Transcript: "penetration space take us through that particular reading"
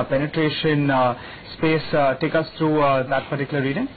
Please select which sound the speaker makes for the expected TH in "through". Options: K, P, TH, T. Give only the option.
T